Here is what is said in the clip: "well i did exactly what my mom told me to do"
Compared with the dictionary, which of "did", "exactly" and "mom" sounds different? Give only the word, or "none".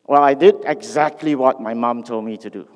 none